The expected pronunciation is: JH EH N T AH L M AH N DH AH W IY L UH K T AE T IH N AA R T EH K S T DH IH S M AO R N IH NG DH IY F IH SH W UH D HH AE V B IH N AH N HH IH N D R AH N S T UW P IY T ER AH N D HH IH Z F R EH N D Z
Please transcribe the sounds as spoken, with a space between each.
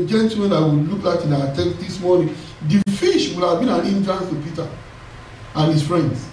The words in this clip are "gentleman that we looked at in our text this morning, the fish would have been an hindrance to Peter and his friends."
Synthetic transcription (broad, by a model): JH EH N T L M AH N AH W IY L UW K AA T IH N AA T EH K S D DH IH S M AO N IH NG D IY F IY SH W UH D HH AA V B IH N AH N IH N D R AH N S T UW P IY T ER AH N HH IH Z F R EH N D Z